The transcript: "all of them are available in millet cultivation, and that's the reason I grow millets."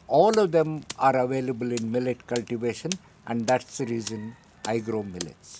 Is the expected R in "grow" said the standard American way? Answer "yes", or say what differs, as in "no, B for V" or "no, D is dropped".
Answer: yes